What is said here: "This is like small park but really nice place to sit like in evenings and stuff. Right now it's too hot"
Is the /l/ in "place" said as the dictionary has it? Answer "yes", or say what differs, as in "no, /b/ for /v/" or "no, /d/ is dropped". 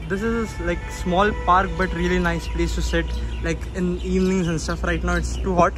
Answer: yes